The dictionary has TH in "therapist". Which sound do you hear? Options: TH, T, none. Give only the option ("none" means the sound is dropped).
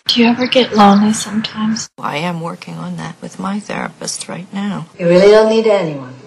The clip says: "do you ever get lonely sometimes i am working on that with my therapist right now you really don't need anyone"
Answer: TH